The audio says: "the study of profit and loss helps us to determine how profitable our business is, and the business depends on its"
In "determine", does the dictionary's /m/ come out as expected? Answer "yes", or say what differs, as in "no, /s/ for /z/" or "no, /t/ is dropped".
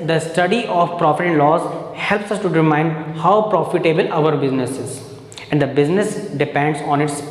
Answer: no, /m/ is dropped